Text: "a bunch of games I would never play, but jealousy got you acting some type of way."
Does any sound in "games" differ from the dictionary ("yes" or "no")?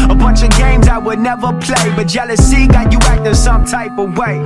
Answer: no